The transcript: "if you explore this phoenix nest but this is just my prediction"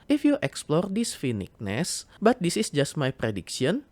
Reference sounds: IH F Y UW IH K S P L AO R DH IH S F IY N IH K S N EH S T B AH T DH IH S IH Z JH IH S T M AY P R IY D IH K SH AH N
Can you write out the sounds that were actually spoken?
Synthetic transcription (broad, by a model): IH F Y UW IH K S P L AO R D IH S F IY N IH K N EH S B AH T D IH S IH S JH IH S T M AY P R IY D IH K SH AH N